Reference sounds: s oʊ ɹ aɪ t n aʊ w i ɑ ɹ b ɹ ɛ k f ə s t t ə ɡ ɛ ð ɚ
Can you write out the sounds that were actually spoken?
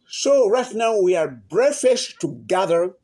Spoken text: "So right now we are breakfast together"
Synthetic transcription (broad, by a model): s oʊ ɹ aɪ t n aʊ w i ɑ ɹ b ɹ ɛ f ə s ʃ t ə ɡ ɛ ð ɚ